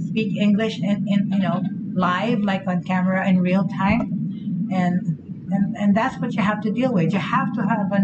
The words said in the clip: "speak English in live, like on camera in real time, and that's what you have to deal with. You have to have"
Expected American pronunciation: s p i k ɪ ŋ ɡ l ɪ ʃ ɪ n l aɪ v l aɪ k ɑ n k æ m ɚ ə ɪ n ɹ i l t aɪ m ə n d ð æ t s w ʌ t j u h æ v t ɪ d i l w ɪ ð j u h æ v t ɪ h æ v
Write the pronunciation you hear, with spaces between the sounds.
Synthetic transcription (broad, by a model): s p i k ɪ ŋ ɡ l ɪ ʃ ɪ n l aɪ v l aɪ k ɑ n k æ m ɚ ə ɪ n ɹ i l t aɪ m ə n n ð æ t s w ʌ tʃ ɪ h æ f t ɪ d i l w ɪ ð j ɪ h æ f t ɪ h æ v